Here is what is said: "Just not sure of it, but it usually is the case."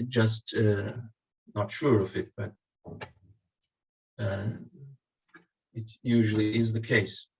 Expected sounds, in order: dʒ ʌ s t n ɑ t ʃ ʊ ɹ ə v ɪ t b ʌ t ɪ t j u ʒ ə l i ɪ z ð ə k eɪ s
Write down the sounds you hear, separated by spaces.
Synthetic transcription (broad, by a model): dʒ ʌ s t n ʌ t ʃ ʊ ɹ ə v ɪ t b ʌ t ɪ t j u ʒ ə l i ɪ z ð ə k eɪ s